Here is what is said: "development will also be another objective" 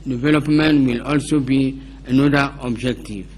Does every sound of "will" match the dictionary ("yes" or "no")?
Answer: yes